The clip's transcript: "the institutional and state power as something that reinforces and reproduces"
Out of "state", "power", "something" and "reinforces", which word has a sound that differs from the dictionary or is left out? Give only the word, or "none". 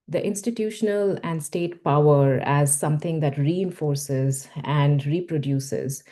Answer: something